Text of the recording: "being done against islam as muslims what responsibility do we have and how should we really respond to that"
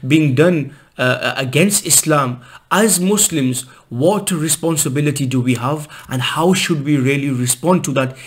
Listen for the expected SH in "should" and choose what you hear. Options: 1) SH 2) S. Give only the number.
1